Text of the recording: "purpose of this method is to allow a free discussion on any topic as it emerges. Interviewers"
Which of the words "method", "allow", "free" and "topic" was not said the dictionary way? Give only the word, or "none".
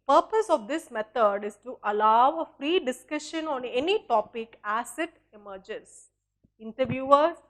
method